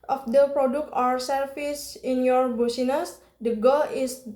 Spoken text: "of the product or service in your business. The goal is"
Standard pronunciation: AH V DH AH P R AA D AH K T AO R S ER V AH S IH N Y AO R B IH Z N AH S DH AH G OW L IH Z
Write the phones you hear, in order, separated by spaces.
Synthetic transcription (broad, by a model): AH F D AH P R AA D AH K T AO R S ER F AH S IH N Y AO R B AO S N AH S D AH G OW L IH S